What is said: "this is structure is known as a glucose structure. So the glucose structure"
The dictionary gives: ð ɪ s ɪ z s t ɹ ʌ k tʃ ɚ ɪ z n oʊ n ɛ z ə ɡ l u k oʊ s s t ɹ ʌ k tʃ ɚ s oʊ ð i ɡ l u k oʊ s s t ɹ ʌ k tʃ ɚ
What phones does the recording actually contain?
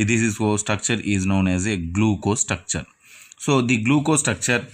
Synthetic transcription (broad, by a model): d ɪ s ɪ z s t ɹ ʌ k tʃ ɚ ɪ z n oʊ n ɛ z ə ɡ l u k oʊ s s t ɹ ʌ k tʃ ɚ s oʊ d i ɡ l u k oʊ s s t ɹ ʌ k tʃ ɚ